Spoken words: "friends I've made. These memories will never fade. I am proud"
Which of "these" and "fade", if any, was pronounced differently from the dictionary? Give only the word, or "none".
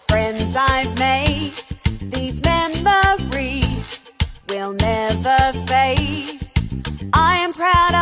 fade